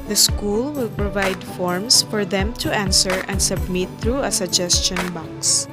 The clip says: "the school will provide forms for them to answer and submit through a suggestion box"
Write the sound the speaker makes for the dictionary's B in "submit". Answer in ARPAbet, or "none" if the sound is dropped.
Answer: B